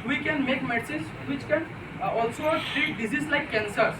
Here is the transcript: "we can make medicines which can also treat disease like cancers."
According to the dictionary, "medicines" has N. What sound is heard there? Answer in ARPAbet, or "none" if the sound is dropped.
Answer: none